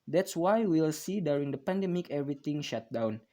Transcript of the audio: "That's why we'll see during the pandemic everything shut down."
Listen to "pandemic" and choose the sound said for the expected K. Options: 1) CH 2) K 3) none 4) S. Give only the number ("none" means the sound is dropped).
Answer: 2